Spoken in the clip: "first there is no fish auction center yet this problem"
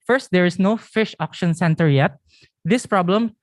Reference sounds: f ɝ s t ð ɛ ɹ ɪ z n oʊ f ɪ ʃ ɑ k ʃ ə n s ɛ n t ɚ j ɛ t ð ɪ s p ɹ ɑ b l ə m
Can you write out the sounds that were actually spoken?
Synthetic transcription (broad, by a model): f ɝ s t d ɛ ɹ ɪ s n oʊ f ɪ ʃ ɑ k ʃ ə n s ɛ n t ɚ j ɛ t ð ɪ s p ɹ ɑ b l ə m